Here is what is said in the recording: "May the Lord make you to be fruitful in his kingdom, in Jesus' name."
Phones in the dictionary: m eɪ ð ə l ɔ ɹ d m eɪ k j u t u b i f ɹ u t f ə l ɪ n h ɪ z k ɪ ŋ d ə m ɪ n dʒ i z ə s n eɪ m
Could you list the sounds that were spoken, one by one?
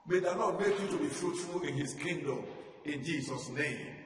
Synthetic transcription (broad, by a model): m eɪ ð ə n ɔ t m eɪ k j u t u b i f ɹ u t f ə l ɪ n h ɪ s k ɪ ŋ d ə m ɪ n dʒ i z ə s n eɪ m